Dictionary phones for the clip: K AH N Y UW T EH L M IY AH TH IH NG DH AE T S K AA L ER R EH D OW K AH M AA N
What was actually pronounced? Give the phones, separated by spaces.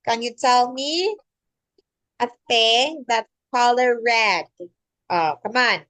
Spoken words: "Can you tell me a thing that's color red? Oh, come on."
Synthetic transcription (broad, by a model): K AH N Y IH T EH L M IY AH F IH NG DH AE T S K AA L ER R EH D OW K AH M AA N